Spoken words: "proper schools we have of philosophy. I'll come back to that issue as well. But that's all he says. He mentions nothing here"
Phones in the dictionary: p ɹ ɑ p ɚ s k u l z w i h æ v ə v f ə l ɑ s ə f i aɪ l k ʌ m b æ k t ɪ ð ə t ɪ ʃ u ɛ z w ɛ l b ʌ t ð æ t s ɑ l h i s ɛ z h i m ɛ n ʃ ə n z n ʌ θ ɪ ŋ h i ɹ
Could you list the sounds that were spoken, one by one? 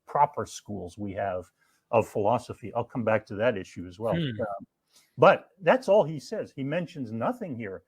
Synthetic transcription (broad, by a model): p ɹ ɑ p ɚ s k u l z w i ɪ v ə v f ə l ɑ s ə f i aɪ l k ʌ m b æ k t ɪ ð ə t ɪ ʃ u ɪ z w ɛ l b ʌ t ð æ t s ɑ l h i s ɛ z h i m ɛ n ʃ ə n z n ʌ θ ɪ ŋ h i ɹ